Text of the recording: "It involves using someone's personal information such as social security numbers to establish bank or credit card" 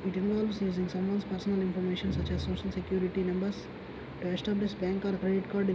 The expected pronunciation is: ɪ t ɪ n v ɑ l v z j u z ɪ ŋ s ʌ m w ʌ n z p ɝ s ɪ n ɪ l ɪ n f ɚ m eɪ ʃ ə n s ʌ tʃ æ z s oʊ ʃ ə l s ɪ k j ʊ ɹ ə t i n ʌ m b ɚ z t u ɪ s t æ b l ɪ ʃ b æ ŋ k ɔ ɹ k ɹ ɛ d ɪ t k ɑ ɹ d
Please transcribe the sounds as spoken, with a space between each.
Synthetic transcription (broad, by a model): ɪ t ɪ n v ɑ l v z j u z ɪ ŋ s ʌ m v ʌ n s p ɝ s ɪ n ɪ l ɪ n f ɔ m eɪ ʃ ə n s ʌ tʃ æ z s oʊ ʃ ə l s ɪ k j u ɹ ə t i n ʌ m b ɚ s t u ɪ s t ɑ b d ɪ s b æ ŋ k ɔ ɹ k ɹ ɛ d ɪ t k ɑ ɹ d